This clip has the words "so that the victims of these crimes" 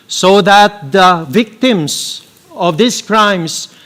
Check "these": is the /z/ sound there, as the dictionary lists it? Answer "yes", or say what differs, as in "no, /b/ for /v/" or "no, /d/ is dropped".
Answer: no, /s/ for /z/